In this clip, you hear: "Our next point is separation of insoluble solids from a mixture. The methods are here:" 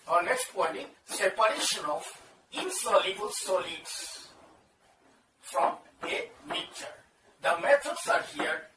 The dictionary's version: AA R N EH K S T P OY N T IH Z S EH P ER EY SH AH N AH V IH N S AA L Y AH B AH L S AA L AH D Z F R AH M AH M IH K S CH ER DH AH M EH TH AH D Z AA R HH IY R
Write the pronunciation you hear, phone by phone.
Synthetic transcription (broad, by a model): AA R N EH K S T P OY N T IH S EH P ER EY SH AH N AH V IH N S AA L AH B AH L S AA L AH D S F R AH M AH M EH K CH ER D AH M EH T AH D S AA R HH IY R